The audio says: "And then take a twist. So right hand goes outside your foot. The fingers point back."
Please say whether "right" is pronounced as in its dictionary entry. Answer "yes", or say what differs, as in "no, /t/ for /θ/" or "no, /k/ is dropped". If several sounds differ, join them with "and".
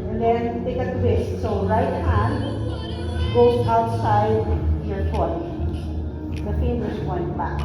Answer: yes